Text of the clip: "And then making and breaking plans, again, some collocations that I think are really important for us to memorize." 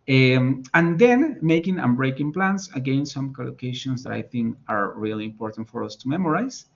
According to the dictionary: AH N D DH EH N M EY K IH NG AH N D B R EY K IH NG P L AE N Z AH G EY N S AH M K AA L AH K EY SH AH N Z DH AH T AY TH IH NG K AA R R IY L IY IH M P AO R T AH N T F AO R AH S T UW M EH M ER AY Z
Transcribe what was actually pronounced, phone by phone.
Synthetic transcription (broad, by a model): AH N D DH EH N M EY K IH NG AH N B R EY K IH NG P L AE N S AH G EY N S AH M K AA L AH K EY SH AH N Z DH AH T AY TH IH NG K AA R R IY L IY IH M P AO R T AH N T F AO R AH S T UW M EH M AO AY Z